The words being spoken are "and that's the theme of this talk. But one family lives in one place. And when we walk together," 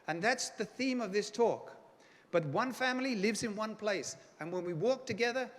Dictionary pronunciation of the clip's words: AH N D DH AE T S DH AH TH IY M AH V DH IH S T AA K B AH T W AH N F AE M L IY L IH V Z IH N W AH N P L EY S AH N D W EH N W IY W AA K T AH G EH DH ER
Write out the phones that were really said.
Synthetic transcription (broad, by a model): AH N DH AE T S DH AH TH IY M AH V DH IH S T AA K B AH T W AH N F AE M L IY L IH V Z IH N W AH N P L EY S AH N W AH N W IY W AA K T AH G EH DH ER